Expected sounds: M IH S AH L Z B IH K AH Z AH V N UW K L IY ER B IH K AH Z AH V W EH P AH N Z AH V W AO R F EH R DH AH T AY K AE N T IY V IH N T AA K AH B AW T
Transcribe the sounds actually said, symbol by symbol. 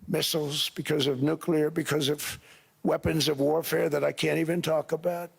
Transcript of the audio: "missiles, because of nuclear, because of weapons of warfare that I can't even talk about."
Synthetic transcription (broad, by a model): M IH S L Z B IH K AH Z AH V N UW K L IY ER B IH K AH Z AH V W EH P AH N Z AH V W AO R F EH R DH AH T AY K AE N T IY V IH N T AA K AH B AW T